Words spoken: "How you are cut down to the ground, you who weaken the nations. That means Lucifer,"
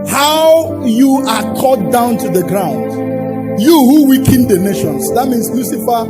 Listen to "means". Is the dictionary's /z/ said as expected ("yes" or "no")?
no